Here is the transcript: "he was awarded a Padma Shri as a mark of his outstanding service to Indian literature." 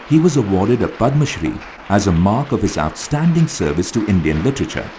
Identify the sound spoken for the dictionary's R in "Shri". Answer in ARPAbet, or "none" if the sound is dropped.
R